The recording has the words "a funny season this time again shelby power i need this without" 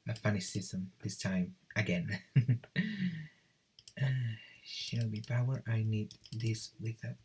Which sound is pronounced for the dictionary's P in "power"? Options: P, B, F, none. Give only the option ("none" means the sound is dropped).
B